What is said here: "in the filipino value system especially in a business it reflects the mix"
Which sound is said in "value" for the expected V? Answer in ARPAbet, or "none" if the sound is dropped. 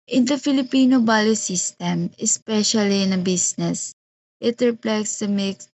B